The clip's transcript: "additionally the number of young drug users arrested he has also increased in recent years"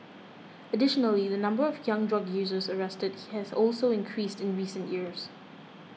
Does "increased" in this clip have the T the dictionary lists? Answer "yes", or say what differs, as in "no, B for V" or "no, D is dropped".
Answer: yes